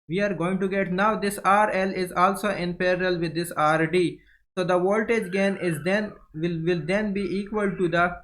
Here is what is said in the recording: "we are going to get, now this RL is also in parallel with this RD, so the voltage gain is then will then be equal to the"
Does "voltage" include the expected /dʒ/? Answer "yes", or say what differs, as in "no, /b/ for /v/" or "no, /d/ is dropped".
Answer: yes